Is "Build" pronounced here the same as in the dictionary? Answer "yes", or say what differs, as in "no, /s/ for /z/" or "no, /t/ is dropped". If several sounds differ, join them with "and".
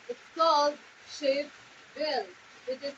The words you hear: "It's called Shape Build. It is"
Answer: no, /d/ is dropped